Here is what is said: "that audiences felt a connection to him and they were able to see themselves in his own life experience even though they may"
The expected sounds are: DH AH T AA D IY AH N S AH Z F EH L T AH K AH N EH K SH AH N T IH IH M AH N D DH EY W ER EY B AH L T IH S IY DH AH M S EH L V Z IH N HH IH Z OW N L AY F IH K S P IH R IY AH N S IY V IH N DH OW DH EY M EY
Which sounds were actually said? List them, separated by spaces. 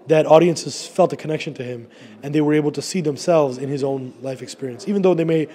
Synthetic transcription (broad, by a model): DH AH T AA D IY AH N S AH Z F EH L T AH K AH N EH K SH AH N T IH IH M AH N DH EY W ER EY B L T IH S IY DH AH M S EH L V Z IH N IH Z OW N L AY F IH K S P IH R IY AH N S IY V IH N DH OW DH EY M EY